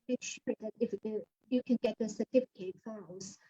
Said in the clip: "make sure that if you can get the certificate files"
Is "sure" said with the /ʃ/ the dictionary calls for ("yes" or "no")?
yes